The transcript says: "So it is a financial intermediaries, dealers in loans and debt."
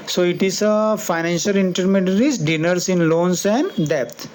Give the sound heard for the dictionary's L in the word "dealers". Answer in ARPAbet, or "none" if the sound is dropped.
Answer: N